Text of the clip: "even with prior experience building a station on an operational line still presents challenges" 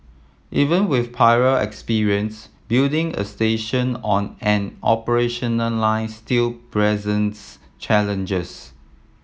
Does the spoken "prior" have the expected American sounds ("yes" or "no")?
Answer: no